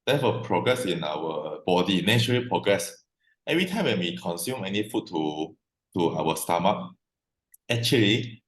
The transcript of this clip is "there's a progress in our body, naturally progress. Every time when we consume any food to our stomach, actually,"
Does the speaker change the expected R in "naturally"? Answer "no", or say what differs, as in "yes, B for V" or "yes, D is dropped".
yes, R is dropped